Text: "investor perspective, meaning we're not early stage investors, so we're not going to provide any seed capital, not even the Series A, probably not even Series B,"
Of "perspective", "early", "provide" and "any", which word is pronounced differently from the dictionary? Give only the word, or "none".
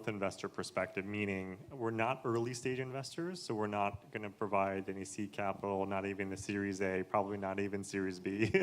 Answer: none